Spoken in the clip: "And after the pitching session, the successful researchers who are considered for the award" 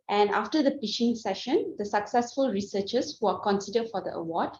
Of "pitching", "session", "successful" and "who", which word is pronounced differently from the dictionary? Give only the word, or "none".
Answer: pitching